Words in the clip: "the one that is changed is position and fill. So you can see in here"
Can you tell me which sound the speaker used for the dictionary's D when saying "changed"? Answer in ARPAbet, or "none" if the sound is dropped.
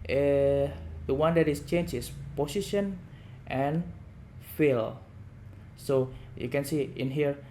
none